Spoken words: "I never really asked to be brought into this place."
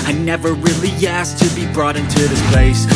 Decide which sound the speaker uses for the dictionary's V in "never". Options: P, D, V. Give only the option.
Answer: V